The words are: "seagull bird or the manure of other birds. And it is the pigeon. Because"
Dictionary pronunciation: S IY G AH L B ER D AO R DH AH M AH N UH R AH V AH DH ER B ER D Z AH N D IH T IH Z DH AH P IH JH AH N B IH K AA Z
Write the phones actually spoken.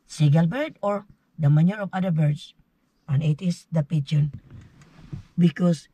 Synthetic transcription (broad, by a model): S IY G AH L B ER D AO R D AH M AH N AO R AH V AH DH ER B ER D S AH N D IH T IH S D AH P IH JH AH N B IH K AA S